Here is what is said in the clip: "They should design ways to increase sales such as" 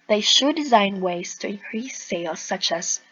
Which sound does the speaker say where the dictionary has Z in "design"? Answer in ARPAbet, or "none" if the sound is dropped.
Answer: Z